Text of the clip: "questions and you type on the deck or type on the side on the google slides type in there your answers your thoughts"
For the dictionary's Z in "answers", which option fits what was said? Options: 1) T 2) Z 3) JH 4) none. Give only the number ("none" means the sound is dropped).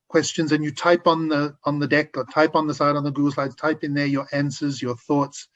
2